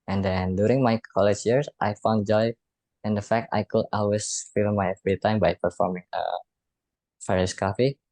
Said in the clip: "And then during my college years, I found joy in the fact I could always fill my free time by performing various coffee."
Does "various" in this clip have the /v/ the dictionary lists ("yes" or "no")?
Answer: no